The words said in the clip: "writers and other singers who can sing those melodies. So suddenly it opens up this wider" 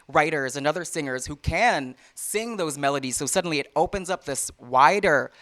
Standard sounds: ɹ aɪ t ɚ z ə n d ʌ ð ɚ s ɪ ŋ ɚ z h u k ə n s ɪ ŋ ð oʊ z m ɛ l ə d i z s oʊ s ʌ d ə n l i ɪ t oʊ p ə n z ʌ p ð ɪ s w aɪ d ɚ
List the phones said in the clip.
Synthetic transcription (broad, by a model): ɹ aɪ t ɚ z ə n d ʌ ð ɚ s ɪ ŋ ɚ z h u k ə n s ɪ ŋ ð oʊ z m ɛ l ə d i z s oʊ s ʌ d n l i ɪ t oʊ p ə n z ʌ p ð ɪ s w aɪ d ɚ